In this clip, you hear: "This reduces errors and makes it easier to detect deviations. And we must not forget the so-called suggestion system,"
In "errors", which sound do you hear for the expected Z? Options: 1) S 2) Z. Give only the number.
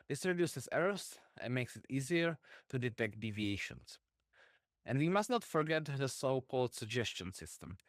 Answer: 1